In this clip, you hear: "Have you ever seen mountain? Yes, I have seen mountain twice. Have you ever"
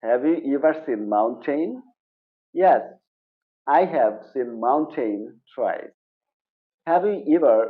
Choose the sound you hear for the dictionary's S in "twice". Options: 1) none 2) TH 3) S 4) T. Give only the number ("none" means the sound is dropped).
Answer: 1